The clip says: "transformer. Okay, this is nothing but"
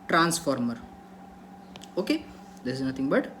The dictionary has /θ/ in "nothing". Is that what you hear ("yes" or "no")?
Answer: no